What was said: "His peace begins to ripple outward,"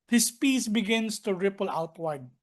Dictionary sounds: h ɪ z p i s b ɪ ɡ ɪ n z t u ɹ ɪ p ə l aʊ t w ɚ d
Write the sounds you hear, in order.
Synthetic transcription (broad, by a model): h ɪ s p i s b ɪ ɡ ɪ n s t u ɹ ɪ p ə l aʊ t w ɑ d